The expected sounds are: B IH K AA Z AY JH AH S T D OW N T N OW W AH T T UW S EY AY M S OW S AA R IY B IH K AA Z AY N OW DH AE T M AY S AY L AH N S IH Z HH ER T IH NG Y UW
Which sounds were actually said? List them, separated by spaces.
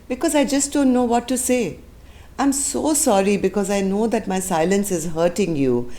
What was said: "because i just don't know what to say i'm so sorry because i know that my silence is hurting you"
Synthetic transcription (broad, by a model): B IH K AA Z AY JH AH S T D OW N T N OW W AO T T UW S EY AY M S OW S AA R IY B IH K AA Z AY N OW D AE T M AY S AY L AH N S IH Z HH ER T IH NG Y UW